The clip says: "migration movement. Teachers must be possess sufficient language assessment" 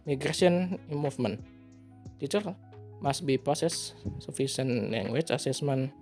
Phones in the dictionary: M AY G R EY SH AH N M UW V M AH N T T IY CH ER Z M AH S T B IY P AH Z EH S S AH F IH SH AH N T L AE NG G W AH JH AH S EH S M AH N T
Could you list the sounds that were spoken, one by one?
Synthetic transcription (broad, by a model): M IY G R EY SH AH N M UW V M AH N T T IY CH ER M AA S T B IY P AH S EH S S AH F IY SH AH N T L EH NG G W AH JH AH S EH S M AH N